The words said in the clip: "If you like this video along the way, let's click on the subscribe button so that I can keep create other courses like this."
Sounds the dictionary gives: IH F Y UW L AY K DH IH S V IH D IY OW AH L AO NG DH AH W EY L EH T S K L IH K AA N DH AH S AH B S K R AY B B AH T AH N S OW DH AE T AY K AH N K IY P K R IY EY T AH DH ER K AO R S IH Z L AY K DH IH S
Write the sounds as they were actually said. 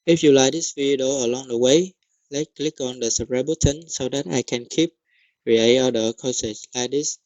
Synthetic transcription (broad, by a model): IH F Y UW L AY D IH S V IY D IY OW AH L AO NG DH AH W EY L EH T K L IH K AA N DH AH S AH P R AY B B AH T AH N S OW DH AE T AY K AH N K IY P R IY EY AH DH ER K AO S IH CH L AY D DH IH S